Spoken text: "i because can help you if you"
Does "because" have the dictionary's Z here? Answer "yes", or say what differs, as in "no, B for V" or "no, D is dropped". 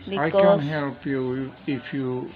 no, Z is dropped